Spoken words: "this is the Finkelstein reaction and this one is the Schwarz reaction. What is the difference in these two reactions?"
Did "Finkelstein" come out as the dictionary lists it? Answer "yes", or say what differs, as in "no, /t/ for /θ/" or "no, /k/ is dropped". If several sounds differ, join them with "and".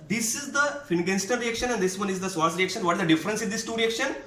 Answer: no, /n/ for /l/